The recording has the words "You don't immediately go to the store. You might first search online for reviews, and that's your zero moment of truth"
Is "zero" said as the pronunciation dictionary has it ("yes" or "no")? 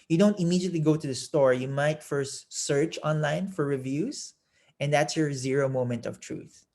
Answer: yes